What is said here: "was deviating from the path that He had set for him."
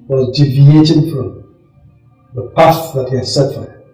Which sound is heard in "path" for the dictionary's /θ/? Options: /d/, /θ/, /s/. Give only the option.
/s/